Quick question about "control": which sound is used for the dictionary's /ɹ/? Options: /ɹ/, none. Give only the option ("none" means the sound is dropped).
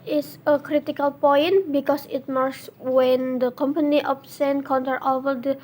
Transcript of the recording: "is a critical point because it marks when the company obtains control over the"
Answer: none